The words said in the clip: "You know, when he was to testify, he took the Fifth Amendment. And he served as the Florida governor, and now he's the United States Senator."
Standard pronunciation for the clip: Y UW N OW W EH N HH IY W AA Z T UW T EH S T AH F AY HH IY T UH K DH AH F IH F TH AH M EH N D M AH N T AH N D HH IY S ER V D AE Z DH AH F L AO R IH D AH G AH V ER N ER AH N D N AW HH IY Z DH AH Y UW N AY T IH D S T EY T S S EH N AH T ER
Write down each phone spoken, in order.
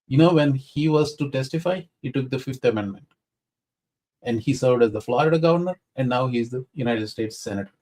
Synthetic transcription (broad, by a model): Y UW N OW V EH N HH IY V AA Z T UW T EH S T AH F AY HH IY T UH K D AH F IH F T AH M EH N D M AH N T AH N D HH IY S ER V D AE Z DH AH F L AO IH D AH G AH V ER N ER AH N D N AW HH IY Z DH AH Y UW N AY T IH D S T EY T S S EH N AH T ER